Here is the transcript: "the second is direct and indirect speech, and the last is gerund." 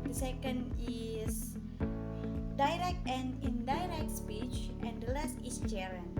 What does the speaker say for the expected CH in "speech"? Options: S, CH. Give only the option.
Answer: CH